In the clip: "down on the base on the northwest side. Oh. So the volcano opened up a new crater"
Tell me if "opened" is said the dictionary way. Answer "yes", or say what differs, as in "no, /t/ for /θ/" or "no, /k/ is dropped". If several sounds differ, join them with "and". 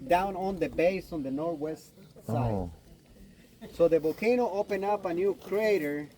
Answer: no, /d/ is dropped